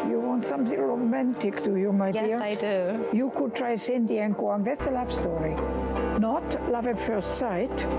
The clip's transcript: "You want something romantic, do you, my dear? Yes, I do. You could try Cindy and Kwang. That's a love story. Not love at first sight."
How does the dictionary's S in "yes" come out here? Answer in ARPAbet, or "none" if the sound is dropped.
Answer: none